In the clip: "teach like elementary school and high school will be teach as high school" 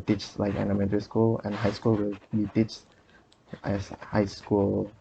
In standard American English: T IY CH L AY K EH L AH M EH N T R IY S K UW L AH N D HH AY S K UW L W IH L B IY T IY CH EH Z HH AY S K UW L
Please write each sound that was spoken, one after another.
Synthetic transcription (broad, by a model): T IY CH L AY K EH N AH M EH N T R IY S K UW L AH N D HH AY S K UW L W IH L B IY T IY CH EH S HH AY S K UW L